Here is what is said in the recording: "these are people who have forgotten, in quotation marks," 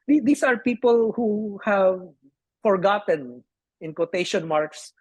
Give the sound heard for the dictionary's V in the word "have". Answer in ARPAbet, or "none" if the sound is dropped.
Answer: V